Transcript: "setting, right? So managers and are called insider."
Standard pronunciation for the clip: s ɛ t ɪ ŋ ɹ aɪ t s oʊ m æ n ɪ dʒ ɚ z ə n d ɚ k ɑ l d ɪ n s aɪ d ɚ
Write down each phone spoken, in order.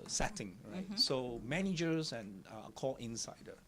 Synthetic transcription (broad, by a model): s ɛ t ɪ ŋ ɹ aɪ t s oʊ m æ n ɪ dʒ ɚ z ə n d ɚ k ɑ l ɪ n s aɪ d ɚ